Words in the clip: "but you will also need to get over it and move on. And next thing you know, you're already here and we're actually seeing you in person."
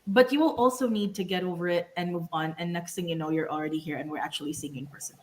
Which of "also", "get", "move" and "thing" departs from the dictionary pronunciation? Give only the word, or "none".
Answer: thing